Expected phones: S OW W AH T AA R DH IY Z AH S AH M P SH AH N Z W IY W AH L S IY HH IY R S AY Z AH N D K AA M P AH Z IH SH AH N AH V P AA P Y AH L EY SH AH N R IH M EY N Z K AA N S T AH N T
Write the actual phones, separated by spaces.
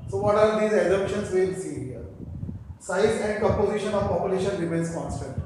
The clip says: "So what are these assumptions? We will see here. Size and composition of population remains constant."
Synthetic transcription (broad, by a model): S OW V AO T AA R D IY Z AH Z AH P SH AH N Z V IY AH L S IY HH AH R S AY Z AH N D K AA P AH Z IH SH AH N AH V P AA P Y AH L EY SH AH N R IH M EY N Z K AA N S T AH N T